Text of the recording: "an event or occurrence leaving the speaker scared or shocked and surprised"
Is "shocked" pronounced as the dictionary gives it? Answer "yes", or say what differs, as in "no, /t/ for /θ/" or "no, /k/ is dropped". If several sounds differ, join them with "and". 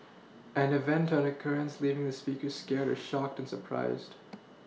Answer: yes